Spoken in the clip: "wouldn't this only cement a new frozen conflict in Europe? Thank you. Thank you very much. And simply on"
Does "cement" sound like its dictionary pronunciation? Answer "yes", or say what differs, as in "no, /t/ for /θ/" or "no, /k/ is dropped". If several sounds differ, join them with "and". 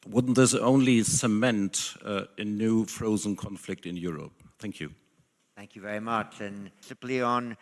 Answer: yes